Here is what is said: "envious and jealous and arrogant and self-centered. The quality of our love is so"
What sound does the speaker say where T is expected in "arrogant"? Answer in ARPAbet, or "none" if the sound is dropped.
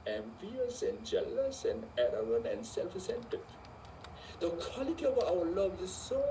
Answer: none